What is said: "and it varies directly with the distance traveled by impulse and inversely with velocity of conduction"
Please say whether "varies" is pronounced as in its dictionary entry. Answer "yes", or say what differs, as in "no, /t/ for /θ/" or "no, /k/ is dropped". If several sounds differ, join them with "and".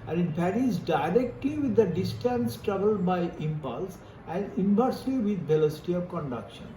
no, /b/ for /v/